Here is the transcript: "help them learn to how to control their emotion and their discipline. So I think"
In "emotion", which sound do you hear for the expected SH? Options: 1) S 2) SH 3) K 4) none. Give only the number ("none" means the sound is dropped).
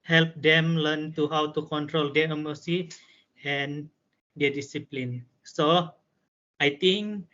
1